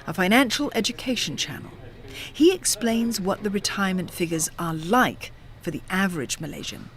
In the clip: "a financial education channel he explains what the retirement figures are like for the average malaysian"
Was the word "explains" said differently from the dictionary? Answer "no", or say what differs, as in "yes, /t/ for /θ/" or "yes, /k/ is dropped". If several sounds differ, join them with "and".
no